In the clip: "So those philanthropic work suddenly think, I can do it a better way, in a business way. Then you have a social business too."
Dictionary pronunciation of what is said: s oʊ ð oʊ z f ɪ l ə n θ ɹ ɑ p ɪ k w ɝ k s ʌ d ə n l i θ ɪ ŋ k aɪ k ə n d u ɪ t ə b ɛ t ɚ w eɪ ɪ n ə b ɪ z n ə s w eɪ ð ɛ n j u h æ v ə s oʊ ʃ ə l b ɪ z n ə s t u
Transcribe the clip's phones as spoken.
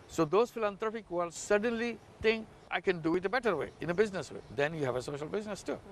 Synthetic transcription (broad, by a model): s oʊ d oʊ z f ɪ l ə n t ɹ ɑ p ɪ k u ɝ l s ʌ d ə n l i t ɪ ŋ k aɪ k ə n d u ɪ t ə b ɛ t ɚ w eɪ ɪ n ə b ɪ z n ə s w eɪ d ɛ n j u h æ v ə s oʊ ʃ ə l b ɪ z n ə s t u